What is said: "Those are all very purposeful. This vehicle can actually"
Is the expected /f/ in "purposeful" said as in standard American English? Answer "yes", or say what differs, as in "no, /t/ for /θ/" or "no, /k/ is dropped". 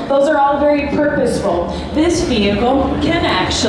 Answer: yes